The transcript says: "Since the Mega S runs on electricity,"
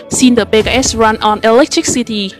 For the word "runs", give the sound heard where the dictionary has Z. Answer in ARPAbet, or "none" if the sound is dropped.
none